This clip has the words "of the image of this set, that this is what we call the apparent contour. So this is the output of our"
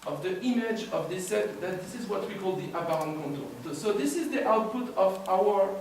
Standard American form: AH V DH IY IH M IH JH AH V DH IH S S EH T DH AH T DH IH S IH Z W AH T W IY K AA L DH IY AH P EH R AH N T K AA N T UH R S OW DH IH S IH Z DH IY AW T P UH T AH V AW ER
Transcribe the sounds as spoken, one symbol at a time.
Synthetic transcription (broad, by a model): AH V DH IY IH M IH JH AH V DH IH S S EH T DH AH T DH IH S IH Z W AH T W IY K AA L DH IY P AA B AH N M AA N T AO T S OW DH IH S IH Z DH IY AW T P UH T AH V AW ER